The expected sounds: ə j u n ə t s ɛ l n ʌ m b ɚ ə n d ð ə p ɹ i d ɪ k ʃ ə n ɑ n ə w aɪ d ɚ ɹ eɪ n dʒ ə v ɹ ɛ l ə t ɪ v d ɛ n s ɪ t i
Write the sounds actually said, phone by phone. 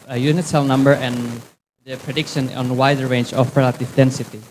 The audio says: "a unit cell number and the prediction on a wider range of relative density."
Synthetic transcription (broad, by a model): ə j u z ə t s ɛ l n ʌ m b ɚ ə n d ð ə p ɹ i d ɪ k ʃ ə n ɑ n w aɪ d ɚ ɹ eɪ n dʒ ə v ɹ ɛ l ə t ɪ v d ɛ n s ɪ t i